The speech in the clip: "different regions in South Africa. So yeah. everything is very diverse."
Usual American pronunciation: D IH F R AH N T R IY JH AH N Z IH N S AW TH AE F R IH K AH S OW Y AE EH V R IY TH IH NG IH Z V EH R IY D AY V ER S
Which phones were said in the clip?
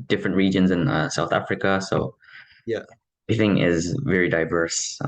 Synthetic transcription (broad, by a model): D IH F R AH N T R IY JH AH N Z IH N S AW TH AE F R IH K AH S OW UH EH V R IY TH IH NG IH Z V EH R IY D AY V ER S